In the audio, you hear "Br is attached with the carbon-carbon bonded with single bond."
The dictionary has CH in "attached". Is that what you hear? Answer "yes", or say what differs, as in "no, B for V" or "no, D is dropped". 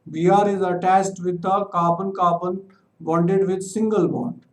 no, S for CH